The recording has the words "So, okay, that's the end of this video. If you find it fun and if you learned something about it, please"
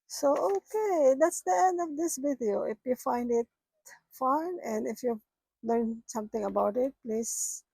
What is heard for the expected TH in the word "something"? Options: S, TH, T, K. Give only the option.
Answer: T